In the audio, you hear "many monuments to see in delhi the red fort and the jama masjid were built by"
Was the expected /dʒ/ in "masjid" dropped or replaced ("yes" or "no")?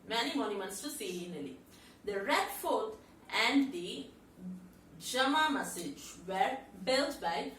yes